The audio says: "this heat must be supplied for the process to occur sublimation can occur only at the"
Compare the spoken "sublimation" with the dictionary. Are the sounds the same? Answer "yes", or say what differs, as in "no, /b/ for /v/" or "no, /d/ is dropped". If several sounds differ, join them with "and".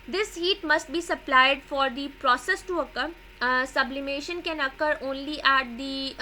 yes